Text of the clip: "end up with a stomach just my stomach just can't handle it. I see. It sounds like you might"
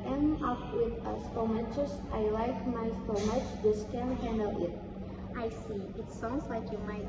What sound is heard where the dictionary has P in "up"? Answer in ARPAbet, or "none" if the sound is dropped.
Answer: F